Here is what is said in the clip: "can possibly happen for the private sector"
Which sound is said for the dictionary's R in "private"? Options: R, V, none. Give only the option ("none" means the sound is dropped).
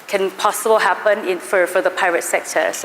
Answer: none